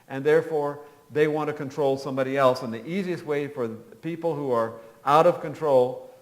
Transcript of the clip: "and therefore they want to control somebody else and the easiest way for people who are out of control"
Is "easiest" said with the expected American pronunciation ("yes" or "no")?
yes